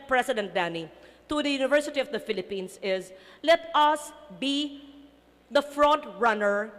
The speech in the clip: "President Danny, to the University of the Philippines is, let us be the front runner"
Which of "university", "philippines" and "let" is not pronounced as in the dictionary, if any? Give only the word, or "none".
philippines